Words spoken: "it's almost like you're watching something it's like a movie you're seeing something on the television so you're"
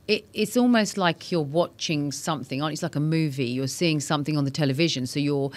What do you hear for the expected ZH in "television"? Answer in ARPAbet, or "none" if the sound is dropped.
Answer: ZH